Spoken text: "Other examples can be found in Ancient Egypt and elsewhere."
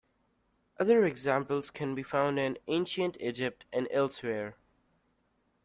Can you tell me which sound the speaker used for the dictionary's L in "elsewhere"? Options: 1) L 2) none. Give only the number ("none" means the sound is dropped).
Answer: 1